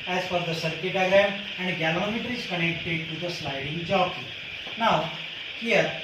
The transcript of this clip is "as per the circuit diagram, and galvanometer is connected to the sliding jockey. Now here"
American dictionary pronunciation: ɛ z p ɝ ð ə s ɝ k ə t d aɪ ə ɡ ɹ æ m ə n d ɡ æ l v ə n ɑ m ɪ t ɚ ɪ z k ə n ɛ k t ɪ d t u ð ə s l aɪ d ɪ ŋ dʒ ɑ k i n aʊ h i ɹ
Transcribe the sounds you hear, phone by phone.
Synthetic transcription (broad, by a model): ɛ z f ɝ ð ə s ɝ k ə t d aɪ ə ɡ ɹ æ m ə n d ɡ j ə l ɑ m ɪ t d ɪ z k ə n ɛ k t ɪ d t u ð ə s l aɪ d ɪ ŋ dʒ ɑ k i n aʊ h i ɹ